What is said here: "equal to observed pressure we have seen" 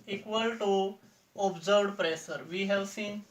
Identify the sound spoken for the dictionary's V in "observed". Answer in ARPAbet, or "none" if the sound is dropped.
none